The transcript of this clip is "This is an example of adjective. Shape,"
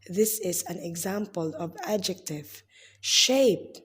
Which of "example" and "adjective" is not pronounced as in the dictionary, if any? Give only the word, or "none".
none